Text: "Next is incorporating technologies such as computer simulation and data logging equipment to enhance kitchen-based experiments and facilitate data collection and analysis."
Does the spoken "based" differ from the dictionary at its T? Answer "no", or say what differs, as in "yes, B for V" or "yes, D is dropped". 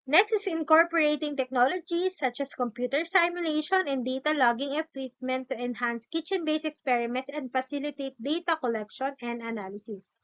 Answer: yes, T is dropped